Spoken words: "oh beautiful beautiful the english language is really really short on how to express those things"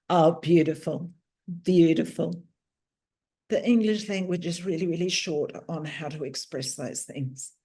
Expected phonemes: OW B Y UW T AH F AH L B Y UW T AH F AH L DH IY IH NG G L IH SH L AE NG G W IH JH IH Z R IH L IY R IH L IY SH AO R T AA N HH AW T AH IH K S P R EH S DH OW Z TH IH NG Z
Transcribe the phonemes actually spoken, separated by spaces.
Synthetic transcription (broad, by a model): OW B Y UW T AH F AH L B Y UW T AH F AH L DH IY IH NG G L IH SH L AE NG G W IH JH IH Z R IH L IY R IH L IY SH AO R T N HH AW T AH IH K S P R EH S DH OW Z TH IH NG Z